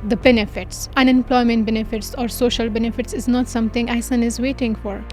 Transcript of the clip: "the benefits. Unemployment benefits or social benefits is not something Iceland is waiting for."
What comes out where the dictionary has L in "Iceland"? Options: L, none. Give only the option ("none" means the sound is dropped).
none